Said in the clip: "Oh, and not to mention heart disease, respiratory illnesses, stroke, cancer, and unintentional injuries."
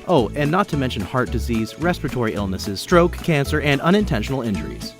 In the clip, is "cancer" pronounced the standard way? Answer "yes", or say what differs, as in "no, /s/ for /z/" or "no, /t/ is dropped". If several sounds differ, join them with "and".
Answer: yes